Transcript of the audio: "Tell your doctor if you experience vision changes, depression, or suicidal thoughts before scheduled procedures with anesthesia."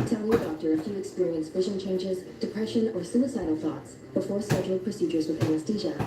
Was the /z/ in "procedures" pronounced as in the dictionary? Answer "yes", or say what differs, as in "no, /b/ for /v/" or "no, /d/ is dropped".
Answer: yes